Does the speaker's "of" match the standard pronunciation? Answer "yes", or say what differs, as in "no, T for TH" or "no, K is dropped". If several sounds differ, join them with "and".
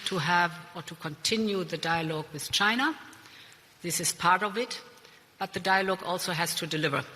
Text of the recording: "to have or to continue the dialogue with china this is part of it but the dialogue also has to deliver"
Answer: yes